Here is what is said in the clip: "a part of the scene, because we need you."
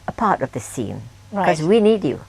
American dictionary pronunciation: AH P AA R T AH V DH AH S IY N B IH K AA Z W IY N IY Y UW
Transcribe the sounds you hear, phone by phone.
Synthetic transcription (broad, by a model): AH P AA R T AH V DH AH S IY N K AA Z W IY N IY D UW